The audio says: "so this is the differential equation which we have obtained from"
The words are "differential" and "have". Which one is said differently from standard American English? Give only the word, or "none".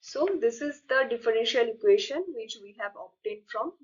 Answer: none